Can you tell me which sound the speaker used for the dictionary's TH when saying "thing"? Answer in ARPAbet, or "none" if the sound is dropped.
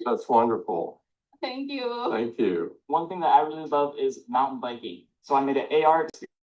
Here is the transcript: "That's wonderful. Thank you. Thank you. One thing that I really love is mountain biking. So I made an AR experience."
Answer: TH